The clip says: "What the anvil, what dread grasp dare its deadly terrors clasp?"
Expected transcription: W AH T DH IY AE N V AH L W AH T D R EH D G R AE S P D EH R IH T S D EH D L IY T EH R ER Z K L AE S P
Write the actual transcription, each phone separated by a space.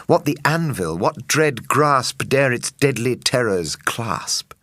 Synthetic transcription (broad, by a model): W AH T DH IY AE N V AH L W AH T D R EH D G R AE S P D EH R IH T S D EH D L IY T EH R ER Z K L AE S P